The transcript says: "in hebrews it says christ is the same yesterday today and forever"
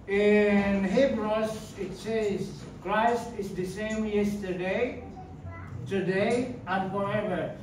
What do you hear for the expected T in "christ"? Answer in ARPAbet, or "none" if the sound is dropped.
T